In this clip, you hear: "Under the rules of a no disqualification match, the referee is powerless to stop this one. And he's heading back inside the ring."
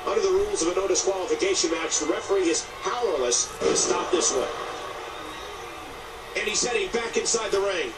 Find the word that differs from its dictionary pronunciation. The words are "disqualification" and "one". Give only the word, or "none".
one